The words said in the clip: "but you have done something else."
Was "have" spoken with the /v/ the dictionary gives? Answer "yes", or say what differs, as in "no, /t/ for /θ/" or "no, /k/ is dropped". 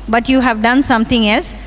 yes